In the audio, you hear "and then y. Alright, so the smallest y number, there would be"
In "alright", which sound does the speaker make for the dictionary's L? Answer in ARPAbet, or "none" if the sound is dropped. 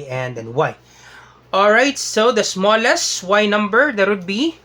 L